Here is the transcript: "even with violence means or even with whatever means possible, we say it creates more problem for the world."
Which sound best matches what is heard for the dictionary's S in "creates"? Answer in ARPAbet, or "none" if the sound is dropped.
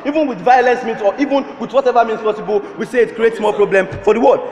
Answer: S